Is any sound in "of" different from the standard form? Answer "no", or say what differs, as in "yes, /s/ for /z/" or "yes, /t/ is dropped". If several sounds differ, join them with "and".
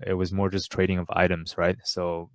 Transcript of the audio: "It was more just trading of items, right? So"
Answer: no